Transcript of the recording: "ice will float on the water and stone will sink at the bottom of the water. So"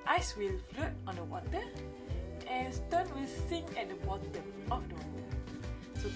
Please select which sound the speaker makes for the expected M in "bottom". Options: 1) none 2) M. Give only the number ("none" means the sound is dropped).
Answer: 1